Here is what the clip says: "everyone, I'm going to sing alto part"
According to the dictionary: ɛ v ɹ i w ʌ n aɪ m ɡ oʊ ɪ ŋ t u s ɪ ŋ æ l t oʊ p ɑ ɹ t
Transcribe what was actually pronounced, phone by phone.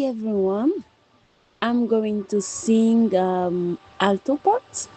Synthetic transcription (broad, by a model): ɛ v ɹ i w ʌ n aɪ m ɡ oʊ ɪ ŋ t u s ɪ ŋ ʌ l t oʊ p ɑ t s